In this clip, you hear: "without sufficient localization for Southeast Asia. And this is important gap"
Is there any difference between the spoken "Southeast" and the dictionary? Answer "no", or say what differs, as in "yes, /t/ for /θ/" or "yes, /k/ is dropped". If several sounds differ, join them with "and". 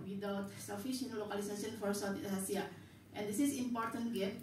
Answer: yes, /t/ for /θ/ and /t/ is dropped